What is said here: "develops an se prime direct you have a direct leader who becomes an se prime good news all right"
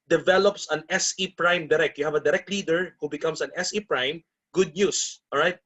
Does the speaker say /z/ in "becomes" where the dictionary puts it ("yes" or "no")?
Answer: no